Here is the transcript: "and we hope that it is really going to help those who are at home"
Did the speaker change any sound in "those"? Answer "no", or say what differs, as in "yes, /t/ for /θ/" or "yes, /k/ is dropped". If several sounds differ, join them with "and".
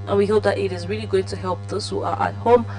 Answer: yes, /s/ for /z/